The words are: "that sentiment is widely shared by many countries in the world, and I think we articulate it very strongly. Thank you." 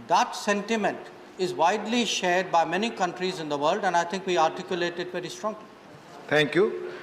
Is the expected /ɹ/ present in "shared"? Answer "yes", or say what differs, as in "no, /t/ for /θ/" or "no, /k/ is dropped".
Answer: yes